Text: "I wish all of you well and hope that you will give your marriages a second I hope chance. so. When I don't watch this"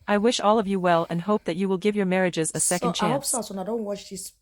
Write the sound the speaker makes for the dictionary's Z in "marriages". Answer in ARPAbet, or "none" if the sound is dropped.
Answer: Z